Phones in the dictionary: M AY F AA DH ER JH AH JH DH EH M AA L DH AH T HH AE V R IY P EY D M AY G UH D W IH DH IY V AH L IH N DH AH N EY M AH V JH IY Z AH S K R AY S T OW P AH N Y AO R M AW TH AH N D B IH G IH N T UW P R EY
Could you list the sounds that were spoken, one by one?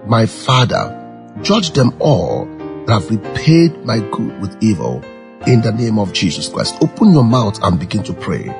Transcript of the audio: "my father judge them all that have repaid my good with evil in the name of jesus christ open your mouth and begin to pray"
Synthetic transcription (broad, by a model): M AY F AA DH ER JH AH JH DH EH M AA L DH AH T HH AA V R IY P EY D M AY G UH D W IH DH IY V AH L IH N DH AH N EY M AH V JH IY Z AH S K R AY S T OW P AH N Y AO M AW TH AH N B IH G IH N T UW P R EY